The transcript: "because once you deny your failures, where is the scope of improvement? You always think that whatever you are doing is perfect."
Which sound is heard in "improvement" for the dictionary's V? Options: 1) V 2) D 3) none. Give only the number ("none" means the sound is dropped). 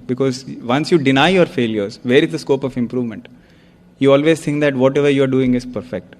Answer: 1